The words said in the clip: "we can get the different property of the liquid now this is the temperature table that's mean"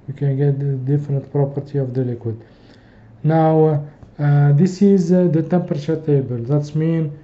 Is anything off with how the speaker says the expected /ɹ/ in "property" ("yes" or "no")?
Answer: no